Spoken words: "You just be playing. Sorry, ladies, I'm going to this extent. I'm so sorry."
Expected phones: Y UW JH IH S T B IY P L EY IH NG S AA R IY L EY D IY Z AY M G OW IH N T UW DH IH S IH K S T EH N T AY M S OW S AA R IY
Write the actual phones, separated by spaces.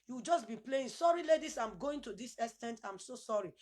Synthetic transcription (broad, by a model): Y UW JH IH S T B IY P L EY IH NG S AA R IY L EY D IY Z AY M G OW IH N T UW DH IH S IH S T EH N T AY M S OW S AA R IY